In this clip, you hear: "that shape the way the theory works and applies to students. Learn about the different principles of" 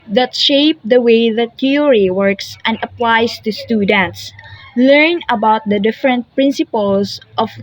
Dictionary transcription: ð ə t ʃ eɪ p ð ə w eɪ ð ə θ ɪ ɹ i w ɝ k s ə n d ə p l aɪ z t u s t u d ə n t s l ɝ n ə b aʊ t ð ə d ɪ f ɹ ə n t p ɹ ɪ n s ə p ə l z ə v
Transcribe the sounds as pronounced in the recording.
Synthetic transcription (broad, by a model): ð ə t ʃ eɪ p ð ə w eɪ ð ə t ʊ ɹ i w ɝ k s ə n d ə p l aɪ s t u s t u d ə n t s l ɝ n ə b aʊ t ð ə d ɪ f ɹ ə n t p ɹ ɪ n s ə p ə l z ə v